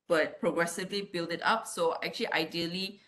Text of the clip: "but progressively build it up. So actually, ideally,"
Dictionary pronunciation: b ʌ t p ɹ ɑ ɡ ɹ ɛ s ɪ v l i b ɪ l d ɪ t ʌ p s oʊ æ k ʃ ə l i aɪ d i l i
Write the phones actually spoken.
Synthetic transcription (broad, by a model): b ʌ t p ɹ ɑ ɡ ɹ ɛ s ɪ v l i b ɪ l d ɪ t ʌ p s oʊ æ k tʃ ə l i aɪ d i l i